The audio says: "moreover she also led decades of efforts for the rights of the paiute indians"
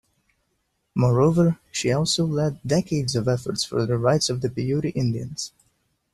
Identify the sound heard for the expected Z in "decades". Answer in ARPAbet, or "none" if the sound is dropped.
Z